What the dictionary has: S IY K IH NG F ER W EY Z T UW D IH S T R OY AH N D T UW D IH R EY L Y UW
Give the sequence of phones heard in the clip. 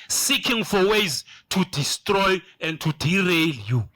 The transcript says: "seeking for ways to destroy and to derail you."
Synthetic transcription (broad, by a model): S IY K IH NG F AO W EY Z T UW D IH S T R OY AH N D T UW D IH R EY L Y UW